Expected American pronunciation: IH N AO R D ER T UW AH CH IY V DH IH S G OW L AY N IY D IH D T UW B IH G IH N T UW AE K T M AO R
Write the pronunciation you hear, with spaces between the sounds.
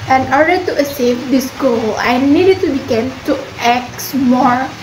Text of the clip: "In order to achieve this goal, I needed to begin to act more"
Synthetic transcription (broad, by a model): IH N AO R D ER T UW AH S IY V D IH S G OW L AY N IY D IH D T UW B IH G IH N T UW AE K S M AO R